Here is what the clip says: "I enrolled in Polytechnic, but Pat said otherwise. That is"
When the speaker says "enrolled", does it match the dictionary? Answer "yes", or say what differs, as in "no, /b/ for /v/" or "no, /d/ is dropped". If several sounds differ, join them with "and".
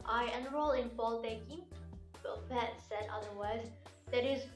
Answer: no, /d/ is dropped